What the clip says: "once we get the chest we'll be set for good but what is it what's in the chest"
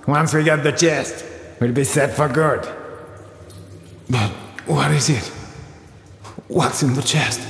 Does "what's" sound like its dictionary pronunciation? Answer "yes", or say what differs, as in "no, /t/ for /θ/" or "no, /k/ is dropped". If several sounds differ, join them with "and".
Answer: yes